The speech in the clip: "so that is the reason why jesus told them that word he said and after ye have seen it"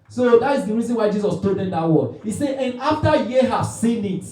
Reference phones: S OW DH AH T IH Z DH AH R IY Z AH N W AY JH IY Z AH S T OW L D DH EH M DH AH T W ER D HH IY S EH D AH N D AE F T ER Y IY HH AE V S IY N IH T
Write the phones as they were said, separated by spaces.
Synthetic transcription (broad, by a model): S OW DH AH T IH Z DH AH R IY Z AH N W AY JH IY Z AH S T OW L D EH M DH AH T W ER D HH IY S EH AH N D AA F T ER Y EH HH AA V S IY N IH T